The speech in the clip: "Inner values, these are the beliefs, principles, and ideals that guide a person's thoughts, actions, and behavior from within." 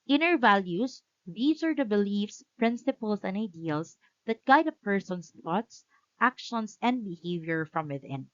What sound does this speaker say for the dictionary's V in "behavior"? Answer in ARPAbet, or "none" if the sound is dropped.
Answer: V